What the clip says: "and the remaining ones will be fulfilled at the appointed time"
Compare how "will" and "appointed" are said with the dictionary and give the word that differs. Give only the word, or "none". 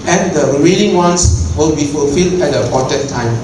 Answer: appointed